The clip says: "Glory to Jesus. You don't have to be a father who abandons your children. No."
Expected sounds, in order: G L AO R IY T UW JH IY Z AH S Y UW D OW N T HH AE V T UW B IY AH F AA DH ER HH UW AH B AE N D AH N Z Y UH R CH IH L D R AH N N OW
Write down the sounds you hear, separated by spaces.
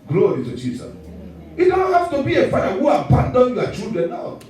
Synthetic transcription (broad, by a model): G L AO R IY T UW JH IY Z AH S Y UW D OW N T HH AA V T UW B IY AH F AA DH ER HH UW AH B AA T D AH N Y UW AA CH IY L D R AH N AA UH